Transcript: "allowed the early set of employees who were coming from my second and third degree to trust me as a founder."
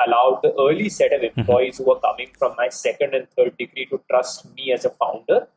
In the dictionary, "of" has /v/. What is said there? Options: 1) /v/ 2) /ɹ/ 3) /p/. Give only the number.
1